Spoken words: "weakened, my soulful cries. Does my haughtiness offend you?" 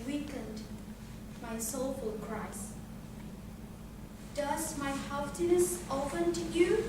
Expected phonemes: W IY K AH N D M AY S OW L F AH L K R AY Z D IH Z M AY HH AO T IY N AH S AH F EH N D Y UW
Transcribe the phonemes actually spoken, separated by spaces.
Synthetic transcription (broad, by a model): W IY K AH N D M AY S OW L F AH L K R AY S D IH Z M AY HH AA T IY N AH S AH P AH N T Y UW